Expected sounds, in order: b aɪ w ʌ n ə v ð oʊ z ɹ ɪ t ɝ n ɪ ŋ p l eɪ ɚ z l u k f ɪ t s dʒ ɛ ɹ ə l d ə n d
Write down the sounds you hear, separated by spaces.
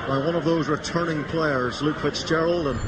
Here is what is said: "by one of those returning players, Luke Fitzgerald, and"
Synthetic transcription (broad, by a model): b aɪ w ʌ n ə v ð oʊ z ɹ ɪ t ɝ n ɪ ŋ p l eɪ ɚ z l u k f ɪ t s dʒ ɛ ɹ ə l d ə n